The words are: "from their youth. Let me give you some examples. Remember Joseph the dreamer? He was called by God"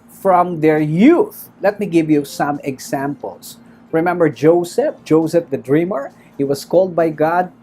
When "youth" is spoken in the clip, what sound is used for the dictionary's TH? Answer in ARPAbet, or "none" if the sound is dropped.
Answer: TH